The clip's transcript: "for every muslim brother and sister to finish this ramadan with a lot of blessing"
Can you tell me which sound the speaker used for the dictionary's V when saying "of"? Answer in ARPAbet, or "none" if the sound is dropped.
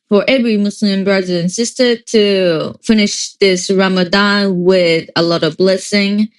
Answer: V